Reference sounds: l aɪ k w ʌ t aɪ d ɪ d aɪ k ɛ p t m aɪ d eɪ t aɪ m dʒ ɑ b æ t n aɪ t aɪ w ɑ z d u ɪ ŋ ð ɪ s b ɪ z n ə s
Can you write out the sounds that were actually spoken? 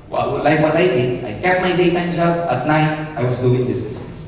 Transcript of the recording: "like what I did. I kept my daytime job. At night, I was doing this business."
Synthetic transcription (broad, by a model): l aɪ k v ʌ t aɪ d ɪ aɪ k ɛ t m aɪ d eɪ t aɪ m dʒ ɑ b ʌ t n aɪ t aɪ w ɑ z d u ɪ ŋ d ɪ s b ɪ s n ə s